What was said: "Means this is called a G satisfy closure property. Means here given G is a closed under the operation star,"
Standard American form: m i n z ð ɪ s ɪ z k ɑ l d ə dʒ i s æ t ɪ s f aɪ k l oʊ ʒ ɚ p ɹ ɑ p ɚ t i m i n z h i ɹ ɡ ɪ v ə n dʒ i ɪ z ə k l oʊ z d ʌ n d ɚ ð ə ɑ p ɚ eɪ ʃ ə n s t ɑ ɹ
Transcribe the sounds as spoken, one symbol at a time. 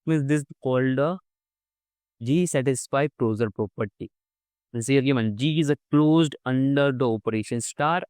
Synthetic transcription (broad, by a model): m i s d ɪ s k ɑ l d ə dʒ i s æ t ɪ s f aɪ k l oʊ z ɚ p ɹ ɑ p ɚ t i i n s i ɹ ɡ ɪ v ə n dʒ i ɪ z ə k l oʊ z d ʌ n d ɚ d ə ɑ p ɚ eɪ ʃ ə n s t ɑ ɹ